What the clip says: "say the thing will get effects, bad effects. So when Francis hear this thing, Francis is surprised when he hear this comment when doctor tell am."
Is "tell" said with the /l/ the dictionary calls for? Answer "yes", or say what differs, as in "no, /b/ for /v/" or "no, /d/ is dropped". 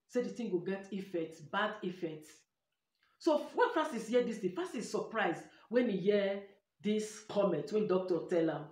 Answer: yes